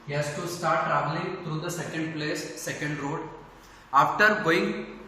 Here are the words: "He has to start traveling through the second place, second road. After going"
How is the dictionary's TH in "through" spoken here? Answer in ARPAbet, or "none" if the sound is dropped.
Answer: T